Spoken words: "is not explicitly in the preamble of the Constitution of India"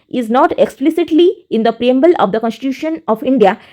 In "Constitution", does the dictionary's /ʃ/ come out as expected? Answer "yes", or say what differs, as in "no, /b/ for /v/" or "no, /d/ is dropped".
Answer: yes